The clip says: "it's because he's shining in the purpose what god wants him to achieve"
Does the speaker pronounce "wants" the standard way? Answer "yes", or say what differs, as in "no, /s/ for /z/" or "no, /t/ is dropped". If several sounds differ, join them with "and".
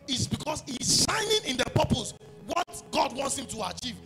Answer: yes